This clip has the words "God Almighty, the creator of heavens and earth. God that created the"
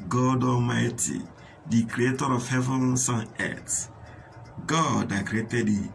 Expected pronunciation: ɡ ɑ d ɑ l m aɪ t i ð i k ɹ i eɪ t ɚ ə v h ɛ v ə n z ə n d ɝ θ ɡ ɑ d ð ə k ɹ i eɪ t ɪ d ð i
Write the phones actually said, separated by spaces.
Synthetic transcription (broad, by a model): ɡ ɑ d ɑ l m aɪ t i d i k ɹ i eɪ t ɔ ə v h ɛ v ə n s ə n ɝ t ɡ ɑ d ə k ɹ i eɪ t ɪ d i